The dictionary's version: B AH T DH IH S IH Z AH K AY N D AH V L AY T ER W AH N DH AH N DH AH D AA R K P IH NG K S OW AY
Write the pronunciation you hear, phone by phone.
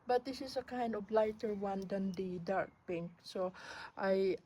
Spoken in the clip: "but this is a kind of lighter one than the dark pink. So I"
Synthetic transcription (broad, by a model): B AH T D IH S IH S AH K AY N D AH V L AY T ER W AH N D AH N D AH D AA R K P IH NG K S OW AY